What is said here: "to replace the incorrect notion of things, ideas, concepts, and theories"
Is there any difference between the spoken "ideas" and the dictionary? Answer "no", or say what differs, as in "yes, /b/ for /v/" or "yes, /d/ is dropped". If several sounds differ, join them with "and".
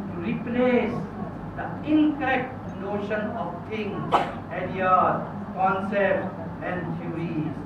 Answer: yes, /z/ is dropped